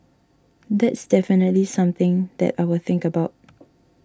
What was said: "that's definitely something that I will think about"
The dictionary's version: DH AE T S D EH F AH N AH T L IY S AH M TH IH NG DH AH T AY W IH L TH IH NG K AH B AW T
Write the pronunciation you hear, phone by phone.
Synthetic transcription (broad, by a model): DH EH T S D EH F AH N AH T L IY S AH M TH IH NG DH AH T AY W IH L TH IH NG K AH B AW T